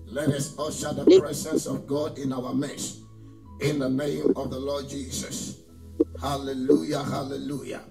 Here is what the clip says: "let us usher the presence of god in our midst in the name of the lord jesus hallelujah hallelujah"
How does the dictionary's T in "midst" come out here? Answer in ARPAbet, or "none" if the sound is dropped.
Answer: none